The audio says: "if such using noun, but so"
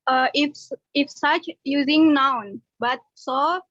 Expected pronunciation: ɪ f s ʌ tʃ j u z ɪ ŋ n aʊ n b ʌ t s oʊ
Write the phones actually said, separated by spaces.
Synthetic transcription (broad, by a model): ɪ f s ʌ tʃ j u z ɪ ŋ n aʊ n b ʌ t s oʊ